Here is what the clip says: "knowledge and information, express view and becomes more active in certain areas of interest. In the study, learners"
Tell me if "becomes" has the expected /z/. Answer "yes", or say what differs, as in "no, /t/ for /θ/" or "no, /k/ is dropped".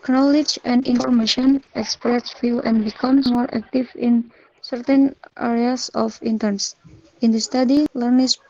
no, /z/ is dropped